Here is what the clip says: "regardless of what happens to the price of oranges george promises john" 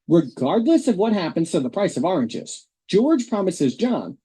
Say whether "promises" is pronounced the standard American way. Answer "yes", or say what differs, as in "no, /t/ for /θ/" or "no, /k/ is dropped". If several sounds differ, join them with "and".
yes